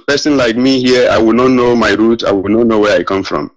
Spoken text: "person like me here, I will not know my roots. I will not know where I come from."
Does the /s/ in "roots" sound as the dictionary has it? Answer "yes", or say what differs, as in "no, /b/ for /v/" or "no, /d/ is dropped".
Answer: no, /s/ is dropped